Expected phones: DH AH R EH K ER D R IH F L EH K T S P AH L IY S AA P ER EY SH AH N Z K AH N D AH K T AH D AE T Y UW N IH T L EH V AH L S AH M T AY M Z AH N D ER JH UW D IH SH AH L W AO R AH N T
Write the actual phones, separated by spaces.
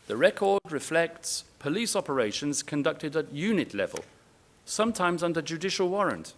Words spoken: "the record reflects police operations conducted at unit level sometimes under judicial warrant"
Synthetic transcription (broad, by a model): DH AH R EH K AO D R IH F L EH K T S P AH L IY S AA P ER EY SH AH N Z K AH N D AH K T AH D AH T Y UW N IH T L EH V AH L S AH M T AY M Z AH N D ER JH UW D IH SH AH L W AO R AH N T